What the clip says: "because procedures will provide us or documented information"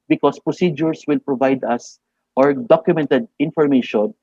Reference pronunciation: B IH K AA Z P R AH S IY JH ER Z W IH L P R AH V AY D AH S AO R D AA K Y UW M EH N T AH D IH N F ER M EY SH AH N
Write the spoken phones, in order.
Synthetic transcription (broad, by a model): B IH K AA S P R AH S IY JH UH S W IH L P R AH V AY D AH S AO R D AA K Y UW M EH N T AH D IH N F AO M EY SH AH N